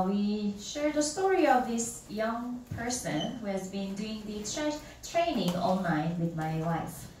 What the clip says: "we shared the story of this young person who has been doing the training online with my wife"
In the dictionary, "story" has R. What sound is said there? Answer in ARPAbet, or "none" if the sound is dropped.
R